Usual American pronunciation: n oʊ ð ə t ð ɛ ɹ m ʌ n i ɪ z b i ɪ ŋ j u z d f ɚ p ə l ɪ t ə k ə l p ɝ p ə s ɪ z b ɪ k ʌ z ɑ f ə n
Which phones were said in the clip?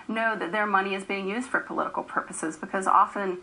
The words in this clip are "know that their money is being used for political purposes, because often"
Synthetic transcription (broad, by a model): n oʊ ð ə t ð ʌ ɹ m ʌ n i ɪ z b i ɪ ŋ j u z d f ɚ p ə l ɪ t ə k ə l p ɝ p ə s ɪ z b ɪ k ʌ z ɑ f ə n